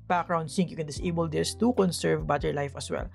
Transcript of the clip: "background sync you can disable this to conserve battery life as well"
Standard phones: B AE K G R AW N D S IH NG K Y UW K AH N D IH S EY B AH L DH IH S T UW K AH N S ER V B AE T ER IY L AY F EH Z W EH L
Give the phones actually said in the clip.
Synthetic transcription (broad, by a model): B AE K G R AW N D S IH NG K Y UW K AH N D IH S EY B AH L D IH S T UW K AH N S ER V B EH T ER L AY F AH S W EH L